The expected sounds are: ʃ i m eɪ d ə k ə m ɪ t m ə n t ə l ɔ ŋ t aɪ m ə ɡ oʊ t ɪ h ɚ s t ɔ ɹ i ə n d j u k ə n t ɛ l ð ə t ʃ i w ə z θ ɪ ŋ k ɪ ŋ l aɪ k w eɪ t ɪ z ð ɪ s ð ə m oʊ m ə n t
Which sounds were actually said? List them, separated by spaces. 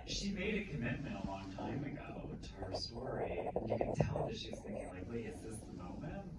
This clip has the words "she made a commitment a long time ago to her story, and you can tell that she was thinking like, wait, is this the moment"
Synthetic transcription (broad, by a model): ʃ i m eɪ d ə k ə m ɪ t m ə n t ə l ɔ ŋ t aɪ m ə ɡ oʊ t ɪ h ɚ s t ɔ ɹ i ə n j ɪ k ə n t ɛ l ð ə t ʃ i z θ ɪ ŋ k ɪ ŋ l aɪ k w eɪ ɪ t ð ɪ s ð ə m oʊ m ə n t